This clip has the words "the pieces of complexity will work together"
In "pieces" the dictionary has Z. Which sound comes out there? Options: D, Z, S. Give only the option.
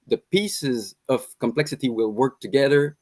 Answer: Z